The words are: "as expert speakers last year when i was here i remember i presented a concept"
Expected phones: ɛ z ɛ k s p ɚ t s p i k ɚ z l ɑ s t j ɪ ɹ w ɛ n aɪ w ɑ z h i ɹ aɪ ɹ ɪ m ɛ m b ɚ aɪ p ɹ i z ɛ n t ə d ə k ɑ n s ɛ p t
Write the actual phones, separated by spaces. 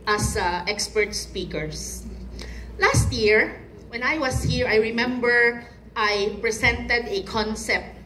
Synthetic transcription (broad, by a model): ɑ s ɛ k s p ɚ t s p i k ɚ s l ɑ s t j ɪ ɹ w ɛ n aɪ w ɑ s h i ɹ aɪ ɹ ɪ m ɛ m b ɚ aɪ p ɹ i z ɛ n t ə d ə k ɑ n s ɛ p t